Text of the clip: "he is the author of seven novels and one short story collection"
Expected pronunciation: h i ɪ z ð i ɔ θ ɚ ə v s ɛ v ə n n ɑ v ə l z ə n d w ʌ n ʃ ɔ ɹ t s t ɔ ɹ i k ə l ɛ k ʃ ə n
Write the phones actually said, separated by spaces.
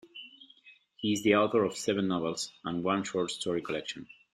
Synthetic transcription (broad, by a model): h i ɪ z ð i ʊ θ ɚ ə v s ɛ v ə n n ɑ v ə l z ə n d w ʌ n ʃ ɔ ɹ t s t ɔ ɹ i k ə l ɛ k ʃ ə n